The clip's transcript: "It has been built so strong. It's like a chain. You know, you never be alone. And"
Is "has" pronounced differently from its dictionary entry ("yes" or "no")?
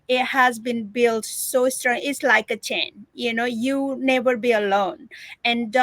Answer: no